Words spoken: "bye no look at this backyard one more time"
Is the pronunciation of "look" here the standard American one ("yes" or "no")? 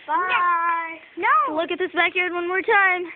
yes